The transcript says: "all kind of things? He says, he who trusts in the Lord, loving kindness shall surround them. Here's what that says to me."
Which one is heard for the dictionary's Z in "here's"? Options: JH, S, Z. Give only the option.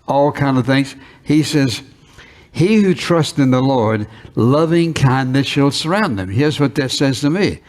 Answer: Z